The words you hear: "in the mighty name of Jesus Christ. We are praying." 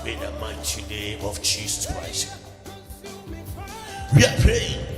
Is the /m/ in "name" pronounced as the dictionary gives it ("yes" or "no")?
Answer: no